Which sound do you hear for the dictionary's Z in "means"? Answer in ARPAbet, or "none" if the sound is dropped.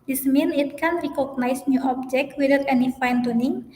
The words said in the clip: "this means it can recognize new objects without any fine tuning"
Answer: none